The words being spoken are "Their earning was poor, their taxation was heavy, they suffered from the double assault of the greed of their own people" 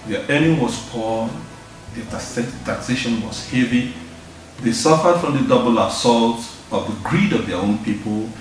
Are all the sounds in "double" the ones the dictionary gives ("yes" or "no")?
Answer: yes